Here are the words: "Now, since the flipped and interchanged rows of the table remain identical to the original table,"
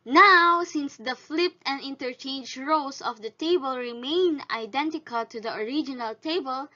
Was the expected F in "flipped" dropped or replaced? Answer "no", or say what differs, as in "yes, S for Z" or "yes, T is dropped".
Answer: no